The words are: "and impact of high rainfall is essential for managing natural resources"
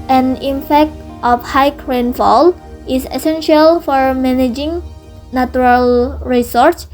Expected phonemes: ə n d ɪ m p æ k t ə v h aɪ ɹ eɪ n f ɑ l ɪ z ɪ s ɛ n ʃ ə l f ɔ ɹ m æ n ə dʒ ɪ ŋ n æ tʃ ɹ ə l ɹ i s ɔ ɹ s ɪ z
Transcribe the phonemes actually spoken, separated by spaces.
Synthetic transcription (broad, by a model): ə n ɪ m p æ k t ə f h aɪ ɹ eɪ n f ɑ l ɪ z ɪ s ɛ n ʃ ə l f ɔ ɹ m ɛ n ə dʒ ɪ ŋ n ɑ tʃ ɹ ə l ɹ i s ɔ ɹ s